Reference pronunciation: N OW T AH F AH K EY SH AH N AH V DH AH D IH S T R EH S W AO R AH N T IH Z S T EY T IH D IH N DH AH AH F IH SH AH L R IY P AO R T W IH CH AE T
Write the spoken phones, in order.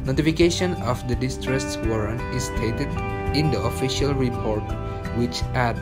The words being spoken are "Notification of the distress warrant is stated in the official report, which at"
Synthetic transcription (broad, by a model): N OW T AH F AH K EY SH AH N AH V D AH D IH S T R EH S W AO R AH N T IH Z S T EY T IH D IH N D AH AH F IH SH AH L R IY P AO R T W IH CH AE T